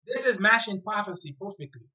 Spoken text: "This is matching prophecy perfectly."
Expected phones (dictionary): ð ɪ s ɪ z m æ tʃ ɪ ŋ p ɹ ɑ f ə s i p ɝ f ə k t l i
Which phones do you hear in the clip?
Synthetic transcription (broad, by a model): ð ɪ s ɪ z m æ ʃ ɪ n p ɹ ɑ f ə s i p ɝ f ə k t l i